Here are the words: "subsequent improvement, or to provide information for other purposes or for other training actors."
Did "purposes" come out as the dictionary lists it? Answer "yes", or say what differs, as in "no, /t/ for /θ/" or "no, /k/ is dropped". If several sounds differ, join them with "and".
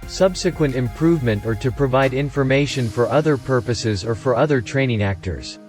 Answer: yes